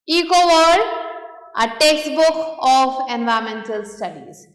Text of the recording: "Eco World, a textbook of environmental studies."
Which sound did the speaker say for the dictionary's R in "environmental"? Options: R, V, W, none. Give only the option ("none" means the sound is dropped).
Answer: none